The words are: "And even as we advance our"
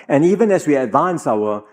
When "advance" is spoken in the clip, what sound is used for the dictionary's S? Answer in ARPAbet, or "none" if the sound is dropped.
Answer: S